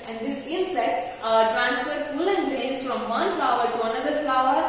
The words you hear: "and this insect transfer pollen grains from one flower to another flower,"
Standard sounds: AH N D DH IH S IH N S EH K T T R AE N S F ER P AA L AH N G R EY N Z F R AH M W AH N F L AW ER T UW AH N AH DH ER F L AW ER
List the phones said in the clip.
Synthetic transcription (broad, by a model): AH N D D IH S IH N S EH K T T R AE N S F ER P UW L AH N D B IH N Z F R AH M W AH N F L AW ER T UW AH N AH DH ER F L AW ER